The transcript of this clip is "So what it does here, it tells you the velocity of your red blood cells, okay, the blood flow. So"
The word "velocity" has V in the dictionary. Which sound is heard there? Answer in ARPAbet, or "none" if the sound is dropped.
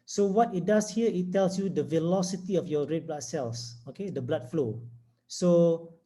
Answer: V